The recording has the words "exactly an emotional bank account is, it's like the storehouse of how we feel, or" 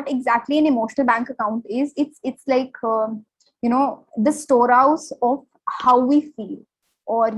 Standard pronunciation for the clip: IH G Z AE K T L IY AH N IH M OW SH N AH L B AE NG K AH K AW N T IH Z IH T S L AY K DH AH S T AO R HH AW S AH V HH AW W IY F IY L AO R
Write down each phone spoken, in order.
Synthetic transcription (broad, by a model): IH G Z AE K T L IY AH N IH M OW SH N AH L B AE NG K AH K AW N T IH Z IH T S L AY K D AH S T AO R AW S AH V HH AW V IY F IY L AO R